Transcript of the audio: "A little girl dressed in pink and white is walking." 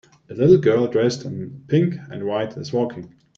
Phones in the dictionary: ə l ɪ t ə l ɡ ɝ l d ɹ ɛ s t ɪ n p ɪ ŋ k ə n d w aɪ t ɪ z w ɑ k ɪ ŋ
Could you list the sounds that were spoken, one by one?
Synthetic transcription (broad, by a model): ə l ɪ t l ɡ ɝ l d ɹ ɛ s t ɪ n p ɪ ŋ k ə n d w aɪ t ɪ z w ɑ k ɪ ŋ